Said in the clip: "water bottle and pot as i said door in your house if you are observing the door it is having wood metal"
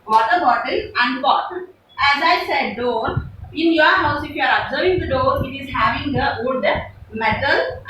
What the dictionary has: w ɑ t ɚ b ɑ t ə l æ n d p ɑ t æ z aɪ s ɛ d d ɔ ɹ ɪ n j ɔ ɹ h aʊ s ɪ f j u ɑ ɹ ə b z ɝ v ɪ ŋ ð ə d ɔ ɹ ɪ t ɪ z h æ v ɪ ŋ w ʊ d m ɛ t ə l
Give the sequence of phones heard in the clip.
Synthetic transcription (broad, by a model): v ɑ t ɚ b ɑ t ə l æ n d b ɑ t æ z aɪ s ɛ d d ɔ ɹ ɪ n j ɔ ɹ h aʊ s ɪ f j u ɑ ɹ ə b z ɝ v ɪ ŋ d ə d ɔ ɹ ɪ t ɪ z h æ v ɪ ŋ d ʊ d m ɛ t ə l